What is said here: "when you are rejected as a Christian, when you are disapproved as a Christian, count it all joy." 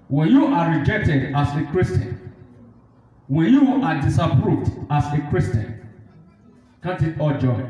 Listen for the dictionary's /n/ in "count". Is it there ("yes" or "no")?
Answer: no